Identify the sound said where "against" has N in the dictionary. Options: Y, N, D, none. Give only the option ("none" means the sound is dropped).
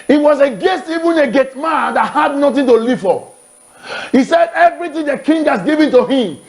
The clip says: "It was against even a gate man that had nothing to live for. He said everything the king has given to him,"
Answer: none